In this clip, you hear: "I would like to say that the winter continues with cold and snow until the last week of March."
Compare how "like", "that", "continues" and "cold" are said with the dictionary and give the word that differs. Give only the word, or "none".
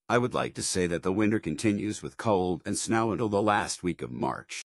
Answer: none